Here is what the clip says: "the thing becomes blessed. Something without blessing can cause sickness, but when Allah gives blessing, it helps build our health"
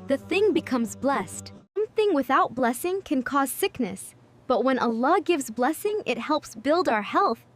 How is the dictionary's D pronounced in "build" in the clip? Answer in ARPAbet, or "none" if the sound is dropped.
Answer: D